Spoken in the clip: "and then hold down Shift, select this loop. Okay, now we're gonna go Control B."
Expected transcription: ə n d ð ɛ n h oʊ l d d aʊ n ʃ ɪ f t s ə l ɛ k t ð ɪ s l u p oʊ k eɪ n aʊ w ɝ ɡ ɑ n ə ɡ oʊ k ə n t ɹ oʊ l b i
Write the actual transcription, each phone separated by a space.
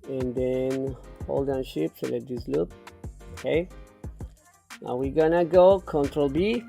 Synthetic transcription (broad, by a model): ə n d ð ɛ n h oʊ l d d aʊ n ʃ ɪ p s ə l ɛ t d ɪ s l u p oʊ k eɪ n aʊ w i ɡ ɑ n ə ɡ oʊ k ə n t ɹ oʊ l b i